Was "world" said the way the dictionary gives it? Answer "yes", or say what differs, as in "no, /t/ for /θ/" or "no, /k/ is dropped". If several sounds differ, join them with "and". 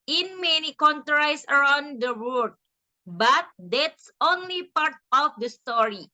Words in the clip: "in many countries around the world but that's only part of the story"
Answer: no, /l/ is dropped